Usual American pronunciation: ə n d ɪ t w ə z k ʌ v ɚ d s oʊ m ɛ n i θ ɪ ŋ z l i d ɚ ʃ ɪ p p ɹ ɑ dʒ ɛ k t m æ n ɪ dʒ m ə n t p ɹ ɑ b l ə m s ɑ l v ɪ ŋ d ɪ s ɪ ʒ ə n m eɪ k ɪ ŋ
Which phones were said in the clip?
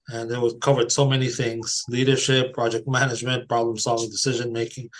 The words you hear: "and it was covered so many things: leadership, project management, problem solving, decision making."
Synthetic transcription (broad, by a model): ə n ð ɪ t w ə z k ʌ v ɚ d s oʊ m ɛ n i θ ɪ ŋ z l i d ɚ ʃ ɪ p p ɹ ɑ dʒ ɛ k t m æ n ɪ dʒ m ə n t p ɹ ɑ b l ə m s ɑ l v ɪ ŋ d ɪ s ɪ ʒ ə n m eɪ k ɪ ŋ